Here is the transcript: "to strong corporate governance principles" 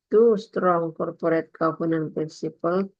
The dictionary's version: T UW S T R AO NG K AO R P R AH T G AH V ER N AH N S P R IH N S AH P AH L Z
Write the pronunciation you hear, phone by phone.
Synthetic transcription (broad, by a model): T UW S T R AO NG K AO R P R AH T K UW P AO N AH N P R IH N S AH P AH L